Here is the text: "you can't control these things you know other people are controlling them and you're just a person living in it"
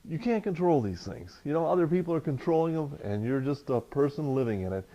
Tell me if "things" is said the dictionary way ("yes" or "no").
yes